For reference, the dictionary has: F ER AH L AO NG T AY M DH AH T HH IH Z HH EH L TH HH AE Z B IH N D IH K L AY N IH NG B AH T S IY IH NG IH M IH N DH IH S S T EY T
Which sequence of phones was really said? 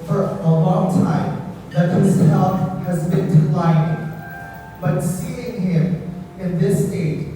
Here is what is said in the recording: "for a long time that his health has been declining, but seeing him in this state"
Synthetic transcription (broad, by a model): F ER AH L AO NG T AY M DH AH T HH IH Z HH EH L F HH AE Z B IH N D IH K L AY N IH B AH T S IY IH NG IH M IH N DH IH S S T EY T